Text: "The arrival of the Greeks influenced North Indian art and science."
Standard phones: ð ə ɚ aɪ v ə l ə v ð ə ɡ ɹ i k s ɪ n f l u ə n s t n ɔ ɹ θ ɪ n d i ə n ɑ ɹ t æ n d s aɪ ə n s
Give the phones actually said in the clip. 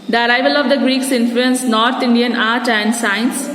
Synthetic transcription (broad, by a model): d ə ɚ aɪ v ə l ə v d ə ɡ ɹ i k s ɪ n f l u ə n s n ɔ ɹ t ɪ n d i ə n ɑ ɹ t æ n d s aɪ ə n s